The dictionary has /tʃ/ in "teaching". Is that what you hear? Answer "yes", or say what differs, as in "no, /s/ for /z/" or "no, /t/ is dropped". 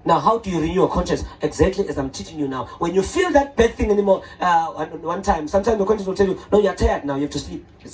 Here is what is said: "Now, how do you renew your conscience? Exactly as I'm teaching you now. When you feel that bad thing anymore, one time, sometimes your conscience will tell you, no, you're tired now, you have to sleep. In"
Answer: yes